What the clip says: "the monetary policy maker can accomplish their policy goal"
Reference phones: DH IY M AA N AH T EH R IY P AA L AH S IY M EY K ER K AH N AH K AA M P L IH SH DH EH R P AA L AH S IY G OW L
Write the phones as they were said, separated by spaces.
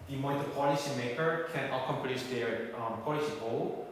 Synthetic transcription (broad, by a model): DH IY M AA AH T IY P AA L AH S IY M EY K ER K AH N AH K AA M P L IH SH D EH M P AA L AH S IY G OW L